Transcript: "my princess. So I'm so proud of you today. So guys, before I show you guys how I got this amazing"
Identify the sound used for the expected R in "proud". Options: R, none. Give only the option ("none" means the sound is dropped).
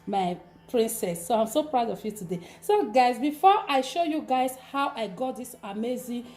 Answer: R